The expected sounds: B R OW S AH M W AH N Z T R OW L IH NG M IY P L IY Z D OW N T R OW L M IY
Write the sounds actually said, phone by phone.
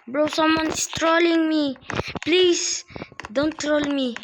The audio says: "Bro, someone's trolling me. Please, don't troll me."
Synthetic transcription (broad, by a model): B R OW S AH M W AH N S T R OW L IH NG M IY P L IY S D OW N T R OW L M IY